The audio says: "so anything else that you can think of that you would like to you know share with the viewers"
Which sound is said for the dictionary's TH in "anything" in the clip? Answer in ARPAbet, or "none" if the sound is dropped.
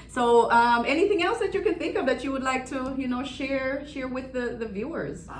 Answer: TH